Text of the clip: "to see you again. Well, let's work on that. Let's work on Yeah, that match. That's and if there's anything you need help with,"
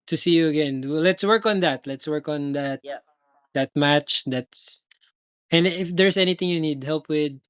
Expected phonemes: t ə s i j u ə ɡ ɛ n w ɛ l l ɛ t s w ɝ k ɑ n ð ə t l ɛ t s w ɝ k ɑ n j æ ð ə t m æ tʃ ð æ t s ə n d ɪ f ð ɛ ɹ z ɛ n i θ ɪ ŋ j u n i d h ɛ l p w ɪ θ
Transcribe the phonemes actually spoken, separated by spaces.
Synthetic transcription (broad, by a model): t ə s i j u ə ɡ ɛ n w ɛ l l ɛ t s w ɝ k ɑ n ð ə t l ɛ t s w ɝ k ɑ n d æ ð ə t m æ tʃ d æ t s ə n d ɪ f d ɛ ɹ s ɛ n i t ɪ ŋ j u n i d h ɛ l p w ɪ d